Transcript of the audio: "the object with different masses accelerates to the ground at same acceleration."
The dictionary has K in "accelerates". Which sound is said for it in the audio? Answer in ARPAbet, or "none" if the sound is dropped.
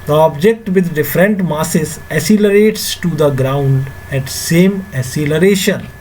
none